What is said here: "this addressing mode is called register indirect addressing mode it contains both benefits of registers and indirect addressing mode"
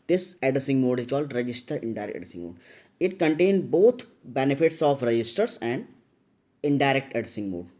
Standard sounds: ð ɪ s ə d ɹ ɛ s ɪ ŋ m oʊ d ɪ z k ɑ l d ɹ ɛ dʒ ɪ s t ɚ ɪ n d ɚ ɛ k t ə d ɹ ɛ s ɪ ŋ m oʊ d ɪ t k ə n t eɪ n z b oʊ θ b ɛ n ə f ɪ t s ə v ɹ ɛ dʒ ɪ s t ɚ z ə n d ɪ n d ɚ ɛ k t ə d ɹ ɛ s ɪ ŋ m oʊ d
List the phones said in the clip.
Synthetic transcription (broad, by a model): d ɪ s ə d ɪ s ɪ ŋ m oʊ d ɪ z k ɑ l d ɹ ɛ dʒ ɪ s t ɚ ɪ n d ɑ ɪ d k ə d ɪ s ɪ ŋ m oʊ d ɪ t k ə n t eɪ n b oʊ t b ɛ n ə f ɪ t s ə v ɹ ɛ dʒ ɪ s t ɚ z ə n d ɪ n d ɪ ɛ k t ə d ɪ s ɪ ŋ m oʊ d